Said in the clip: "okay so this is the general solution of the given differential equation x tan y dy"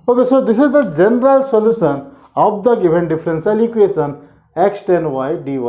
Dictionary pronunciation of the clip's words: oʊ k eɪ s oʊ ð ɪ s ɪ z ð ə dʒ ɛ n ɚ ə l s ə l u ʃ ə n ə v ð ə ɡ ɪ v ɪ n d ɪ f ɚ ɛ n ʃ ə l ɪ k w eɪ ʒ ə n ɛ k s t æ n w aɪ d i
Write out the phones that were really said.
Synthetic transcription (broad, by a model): oʊ k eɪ s oʊ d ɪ s ɪ z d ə dʒ ɛ n ɚ ə l s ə l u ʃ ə n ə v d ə ɡ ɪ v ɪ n d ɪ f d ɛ n s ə l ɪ k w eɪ ʃ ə n ɛ k s t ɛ n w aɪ d i